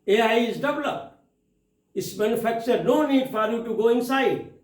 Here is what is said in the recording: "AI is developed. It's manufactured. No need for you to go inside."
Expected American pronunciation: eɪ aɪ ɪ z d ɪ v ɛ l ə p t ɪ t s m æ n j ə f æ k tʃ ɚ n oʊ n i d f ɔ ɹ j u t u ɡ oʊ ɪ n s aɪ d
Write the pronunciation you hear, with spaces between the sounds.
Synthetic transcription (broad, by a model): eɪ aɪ ɪ z d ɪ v l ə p ɪ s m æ n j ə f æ k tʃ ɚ n oʊ n i d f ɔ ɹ j u t u ɡ oʊ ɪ n s aɪ d